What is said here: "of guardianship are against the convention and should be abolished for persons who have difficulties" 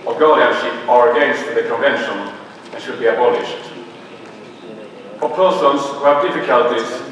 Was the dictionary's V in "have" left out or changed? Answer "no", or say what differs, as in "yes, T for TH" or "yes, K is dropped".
no